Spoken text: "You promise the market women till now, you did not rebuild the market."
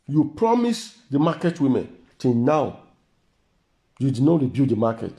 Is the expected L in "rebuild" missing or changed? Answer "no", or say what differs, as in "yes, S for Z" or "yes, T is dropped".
yes, L is dropped